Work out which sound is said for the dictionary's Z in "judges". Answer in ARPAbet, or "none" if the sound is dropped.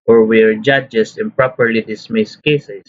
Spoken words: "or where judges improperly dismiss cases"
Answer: S